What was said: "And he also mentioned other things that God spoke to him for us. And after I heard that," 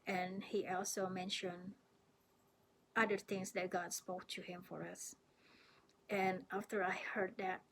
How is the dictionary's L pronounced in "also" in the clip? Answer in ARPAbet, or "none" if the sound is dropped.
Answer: L